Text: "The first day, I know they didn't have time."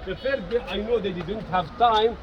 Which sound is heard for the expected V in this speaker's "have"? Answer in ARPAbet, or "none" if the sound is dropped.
V